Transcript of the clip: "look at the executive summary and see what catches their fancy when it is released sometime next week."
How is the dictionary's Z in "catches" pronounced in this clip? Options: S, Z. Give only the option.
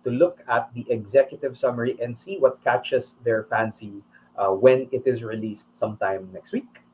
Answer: S